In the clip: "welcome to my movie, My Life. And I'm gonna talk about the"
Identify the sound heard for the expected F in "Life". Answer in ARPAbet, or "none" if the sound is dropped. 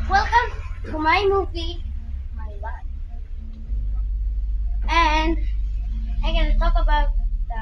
none